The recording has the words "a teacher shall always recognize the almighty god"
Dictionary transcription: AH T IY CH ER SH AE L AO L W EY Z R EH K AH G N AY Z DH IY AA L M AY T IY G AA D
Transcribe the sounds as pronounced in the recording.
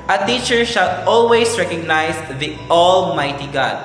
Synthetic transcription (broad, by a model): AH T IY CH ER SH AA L AO L W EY S R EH K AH G N AY S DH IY AA L M AY T IY G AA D